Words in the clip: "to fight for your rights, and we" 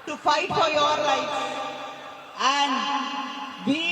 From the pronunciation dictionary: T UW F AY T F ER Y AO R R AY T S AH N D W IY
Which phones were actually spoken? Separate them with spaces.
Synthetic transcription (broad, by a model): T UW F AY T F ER Y AO R L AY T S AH N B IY